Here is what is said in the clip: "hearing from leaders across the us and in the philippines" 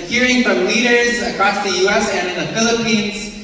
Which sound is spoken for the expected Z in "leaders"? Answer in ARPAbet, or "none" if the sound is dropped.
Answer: Z